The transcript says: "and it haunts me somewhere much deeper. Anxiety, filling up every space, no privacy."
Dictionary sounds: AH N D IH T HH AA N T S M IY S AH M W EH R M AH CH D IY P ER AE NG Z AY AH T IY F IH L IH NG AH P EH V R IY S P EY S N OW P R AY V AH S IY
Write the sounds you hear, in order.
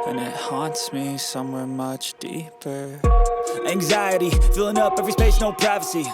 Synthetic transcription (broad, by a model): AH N IH T HH AA N T S M IY S AH M W EH R M AH CH D IY P ER AE NG Z AY AH T IY F IH L IH NG AH P EH V R IY S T EY SH N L P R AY V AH S IY